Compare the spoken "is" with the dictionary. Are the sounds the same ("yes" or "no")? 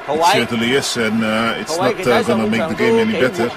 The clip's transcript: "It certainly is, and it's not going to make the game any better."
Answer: no